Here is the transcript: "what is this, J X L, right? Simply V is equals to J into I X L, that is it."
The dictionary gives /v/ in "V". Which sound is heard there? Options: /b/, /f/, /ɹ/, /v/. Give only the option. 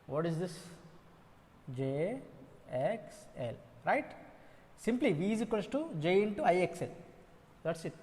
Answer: /v/